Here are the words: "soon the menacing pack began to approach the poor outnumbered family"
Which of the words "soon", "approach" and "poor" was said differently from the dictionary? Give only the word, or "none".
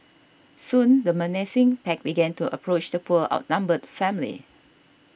poor